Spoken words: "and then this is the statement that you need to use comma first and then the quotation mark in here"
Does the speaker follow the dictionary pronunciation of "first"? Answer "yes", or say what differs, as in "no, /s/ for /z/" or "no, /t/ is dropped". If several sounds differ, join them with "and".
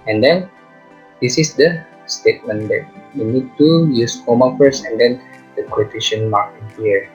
no, /t/ is dropped